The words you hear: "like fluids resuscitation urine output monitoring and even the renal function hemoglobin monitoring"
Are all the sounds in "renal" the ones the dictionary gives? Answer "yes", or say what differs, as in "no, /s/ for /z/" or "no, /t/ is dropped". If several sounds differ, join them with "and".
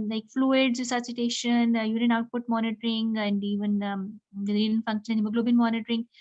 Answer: no, /n/ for /l/